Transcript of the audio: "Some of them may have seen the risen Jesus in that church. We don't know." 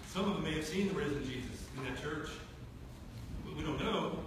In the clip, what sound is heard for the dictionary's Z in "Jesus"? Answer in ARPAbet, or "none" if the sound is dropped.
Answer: Z